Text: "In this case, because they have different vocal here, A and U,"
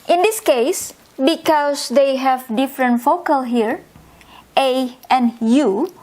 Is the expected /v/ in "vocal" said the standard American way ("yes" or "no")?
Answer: no